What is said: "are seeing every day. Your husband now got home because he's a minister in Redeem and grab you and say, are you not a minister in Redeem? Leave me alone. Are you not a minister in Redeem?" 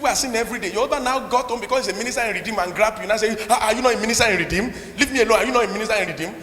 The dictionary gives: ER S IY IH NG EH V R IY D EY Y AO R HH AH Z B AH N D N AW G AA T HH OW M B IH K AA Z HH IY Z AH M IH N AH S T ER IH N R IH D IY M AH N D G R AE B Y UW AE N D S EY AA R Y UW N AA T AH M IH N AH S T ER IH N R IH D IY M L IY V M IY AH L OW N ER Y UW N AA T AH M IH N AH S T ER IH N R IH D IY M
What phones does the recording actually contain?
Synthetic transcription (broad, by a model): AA S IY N EH V R IY D EY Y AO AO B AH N N AW G AA T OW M B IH K AA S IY S AH M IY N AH S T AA IH N R IH D IY M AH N G R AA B Y UW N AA S EY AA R Y UW N AA T AH M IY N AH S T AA IH N R IH D IY M L IY V M IY AH L OW N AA Y UW N AA T AH M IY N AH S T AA IH N R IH D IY M